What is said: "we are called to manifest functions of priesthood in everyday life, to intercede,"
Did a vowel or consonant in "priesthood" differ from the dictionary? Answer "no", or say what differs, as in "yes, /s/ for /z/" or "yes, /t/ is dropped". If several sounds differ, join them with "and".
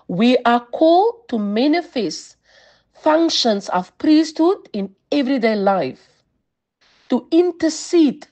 no